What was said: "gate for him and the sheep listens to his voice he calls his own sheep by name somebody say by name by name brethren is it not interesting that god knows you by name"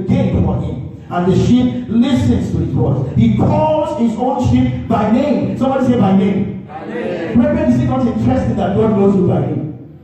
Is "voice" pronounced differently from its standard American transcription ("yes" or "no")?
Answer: yes